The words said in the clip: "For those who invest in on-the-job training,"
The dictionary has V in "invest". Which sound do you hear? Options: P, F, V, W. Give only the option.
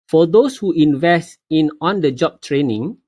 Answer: V